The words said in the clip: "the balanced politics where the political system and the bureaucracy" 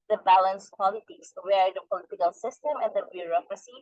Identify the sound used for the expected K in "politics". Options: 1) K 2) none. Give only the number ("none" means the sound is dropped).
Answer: 2